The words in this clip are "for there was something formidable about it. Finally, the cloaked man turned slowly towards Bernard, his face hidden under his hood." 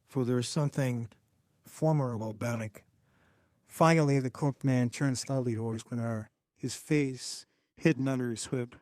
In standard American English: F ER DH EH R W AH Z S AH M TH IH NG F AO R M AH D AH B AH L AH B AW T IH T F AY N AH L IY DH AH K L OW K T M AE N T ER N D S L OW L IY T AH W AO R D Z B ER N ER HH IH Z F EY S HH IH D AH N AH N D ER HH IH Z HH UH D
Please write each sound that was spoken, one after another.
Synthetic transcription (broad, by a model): F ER DH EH R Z S AH M TH IH NG F AO R M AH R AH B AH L B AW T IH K F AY AH L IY DH AH K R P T M AE N T ER N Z S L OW L IY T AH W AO R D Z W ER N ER HH IH Z F EY S HH IH D N AH N D ER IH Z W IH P